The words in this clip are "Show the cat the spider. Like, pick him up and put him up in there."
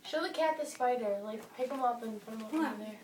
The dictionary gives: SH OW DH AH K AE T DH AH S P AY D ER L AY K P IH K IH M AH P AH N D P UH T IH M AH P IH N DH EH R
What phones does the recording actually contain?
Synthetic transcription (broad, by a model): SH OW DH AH K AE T DH AH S F AY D ER L AY K P IH K IH M AH P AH N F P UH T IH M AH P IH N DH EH R